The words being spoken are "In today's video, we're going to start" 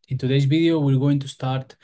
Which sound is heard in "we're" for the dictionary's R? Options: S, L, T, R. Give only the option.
L